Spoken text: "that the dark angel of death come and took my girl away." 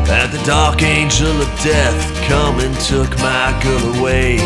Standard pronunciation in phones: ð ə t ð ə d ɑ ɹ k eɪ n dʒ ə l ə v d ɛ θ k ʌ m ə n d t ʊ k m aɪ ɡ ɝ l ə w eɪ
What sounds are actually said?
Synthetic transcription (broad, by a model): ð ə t ð ə d ɑ ɹ k eɪ n dʒ ə l ə v d ɛ θ k ʌ m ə n t ʊ k m aɪ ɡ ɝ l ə w eɪ